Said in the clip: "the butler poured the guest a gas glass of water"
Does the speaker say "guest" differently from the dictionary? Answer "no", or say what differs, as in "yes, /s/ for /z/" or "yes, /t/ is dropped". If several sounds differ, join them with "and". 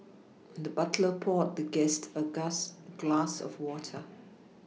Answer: no